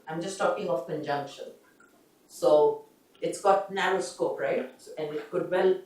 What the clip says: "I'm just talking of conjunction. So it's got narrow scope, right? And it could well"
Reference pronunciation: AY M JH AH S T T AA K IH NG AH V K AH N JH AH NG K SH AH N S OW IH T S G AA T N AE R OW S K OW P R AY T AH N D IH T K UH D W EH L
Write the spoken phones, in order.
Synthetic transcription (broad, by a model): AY M JH AH S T T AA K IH NG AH F K AH N JH AH NG K SH AH N S OW IH T S G AA T N AE R OW S K OW P R AY T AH N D IH T K UH D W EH L